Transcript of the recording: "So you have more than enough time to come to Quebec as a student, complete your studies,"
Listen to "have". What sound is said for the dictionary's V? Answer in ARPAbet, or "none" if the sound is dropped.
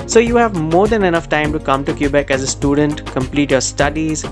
V